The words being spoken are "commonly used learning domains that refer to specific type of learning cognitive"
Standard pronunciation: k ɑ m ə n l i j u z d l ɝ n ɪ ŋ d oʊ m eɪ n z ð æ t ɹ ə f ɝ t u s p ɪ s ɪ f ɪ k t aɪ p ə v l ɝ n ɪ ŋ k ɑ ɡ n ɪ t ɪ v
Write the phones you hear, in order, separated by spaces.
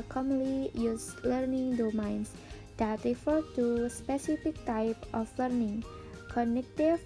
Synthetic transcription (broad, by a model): k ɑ m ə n l i j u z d l ɝ n ɪ ŋ d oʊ m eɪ n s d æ t ɹ ə f ɝ t u s p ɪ s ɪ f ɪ k t aɪ p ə f l ɝ n ɪ ŋ k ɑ n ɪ t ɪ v